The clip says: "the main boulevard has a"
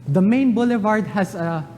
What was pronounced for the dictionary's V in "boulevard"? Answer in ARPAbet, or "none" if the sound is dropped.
V